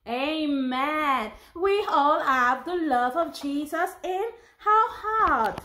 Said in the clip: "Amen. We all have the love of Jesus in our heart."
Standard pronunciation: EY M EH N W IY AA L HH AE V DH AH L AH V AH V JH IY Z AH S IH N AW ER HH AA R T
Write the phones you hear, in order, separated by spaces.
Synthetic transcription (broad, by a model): EY M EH N W IY AA L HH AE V DH AH L AH V AH V JH IY Z AH S IH N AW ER HH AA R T